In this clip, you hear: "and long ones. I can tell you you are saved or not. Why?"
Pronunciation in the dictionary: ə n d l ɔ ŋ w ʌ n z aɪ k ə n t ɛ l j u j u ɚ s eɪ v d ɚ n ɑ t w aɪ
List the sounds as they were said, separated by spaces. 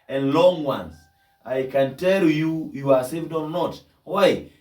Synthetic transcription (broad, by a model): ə n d l ɔ ŋ w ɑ n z aɪ k ə n t ɛ l j u j u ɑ s eɪ v d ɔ n ɑ t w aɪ